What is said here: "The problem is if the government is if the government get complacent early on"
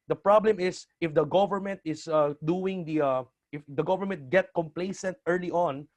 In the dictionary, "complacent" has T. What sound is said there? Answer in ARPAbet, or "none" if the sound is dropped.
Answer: T